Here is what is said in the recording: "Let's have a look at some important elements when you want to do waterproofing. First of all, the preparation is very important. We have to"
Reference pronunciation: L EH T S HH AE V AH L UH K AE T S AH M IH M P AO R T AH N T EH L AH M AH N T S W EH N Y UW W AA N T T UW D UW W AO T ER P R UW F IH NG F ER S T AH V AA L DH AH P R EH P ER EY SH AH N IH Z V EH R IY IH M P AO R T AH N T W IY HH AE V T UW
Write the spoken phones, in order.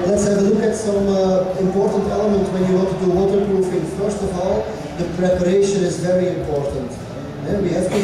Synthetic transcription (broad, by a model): L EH T S HH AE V AH L UH K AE T S AH M IH M P AO R T AH N T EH L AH M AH N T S W EH N Y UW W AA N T T UW D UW W AO T ER P R UW F IH NG F ER S T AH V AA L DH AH P R EH P ER EY SH AH N IH Z V EH R IY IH M P AO R T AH N T W IY HH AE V T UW